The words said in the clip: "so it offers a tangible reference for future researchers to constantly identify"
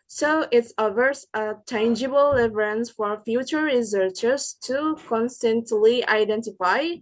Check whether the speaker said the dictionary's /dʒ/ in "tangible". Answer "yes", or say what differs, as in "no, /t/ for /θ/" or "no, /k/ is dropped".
yes